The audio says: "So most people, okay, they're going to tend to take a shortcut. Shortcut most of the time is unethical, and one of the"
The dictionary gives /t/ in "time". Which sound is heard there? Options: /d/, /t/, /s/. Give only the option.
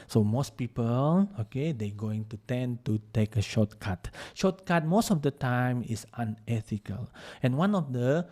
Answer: /t/